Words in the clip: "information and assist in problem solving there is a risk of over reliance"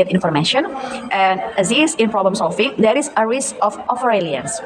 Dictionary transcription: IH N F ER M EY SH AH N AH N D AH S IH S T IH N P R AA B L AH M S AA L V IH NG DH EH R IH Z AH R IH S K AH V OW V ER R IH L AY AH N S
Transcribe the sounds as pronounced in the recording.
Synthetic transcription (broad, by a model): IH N F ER M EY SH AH N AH N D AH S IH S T IH N P R AA B L AH M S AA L F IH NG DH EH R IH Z AH R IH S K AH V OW F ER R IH L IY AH N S